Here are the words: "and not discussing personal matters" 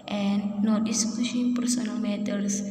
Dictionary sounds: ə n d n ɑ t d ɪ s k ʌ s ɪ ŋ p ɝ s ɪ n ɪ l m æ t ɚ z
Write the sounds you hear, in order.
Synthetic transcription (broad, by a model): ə n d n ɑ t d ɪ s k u ʃ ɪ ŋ p ɝ s ɪ n ɪ l m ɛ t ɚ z